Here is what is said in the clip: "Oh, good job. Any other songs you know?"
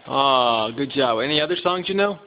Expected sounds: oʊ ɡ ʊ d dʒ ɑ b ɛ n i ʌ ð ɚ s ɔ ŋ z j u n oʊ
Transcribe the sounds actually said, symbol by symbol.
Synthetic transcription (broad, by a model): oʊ ɡ ʊ d dʒ ɑ b ɛ n i ʌ ð ɚ s ɔ ŋ z j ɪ n oʊ